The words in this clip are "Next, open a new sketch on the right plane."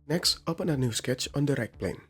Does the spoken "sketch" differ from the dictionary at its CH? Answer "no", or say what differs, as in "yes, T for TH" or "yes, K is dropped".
no